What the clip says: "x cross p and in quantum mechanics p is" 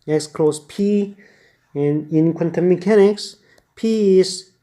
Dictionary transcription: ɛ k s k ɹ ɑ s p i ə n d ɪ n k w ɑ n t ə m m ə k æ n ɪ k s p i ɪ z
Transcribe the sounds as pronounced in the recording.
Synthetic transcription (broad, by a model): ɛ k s k l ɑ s p i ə n ɪ n k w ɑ n t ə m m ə k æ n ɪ k s p i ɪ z